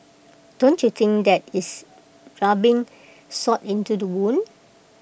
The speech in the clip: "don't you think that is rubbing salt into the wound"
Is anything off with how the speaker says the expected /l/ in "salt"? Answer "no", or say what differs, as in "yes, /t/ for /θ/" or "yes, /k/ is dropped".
yes, /l/ is dropped